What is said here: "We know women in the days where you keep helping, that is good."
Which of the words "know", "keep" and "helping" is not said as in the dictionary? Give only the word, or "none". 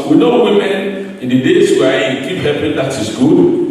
helping